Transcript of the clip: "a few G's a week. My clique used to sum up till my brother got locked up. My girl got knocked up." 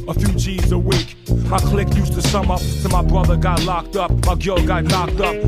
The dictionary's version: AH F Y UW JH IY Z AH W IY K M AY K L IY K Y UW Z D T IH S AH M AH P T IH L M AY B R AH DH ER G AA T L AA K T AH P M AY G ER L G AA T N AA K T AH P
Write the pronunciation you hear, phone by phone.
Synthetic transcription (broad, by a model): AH F Y UW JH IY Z AH W IY K M AY K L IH K Y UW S T IH S AH M AH P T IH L M AY B R AH DH ER G AA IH L AA K T AH P M AY G ER L G AA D N AA K T AH P